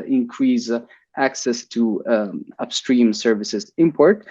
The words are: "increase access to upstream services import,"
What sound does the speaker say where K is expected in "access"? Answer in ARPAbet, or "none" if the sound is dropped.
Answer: K